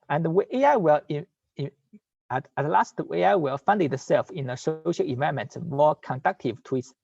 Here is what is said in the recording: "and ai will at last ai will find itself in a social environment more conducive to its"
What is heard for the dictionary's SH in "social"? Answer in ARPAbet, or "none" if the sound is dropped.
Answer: SH